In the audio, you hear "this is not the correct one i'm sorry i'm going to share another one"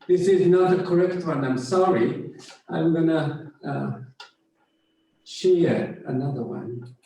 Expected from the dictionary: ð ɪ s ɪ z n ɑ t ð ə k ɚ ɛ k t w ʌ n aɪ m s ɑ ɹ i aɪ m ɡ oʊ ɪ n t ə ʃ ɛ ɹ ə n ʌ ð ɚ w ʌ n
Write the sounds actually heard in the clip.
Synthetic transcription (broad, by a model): ð ɪ s ɪ z n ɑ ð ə k ɚ ɛ k t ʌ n aɪ m s ɑ ɹ i aɪ m ɡ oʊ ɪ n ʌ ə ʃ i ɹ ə n ʌ ð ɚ w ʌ n